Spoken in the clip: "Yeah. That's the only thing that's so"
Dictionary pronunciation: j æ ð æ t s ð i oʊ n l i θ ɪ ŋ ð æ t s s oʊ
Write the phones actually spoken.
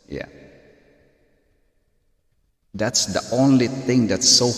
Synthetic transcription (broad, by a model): j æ ð æ t s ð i oʊ n l i θ ɪ ŋ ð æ t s s oʊ